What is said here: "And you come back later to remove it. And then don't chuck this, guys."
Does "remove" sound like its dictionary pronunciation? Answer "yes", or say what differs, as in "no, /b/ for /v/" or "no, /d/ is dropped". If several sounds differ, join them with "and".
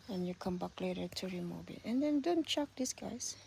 no, /b/ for /v/